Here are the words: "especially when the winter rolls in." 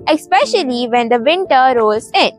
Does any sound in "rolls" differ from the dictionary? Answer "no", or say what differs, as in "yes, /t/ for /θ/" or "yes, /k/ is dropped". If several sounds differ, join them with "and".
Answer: yes, /l/ is dropped